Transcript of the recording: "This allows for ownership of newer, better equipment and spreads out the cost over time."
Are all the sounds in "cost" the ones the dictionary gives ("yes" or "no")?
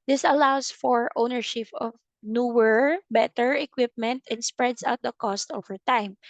yes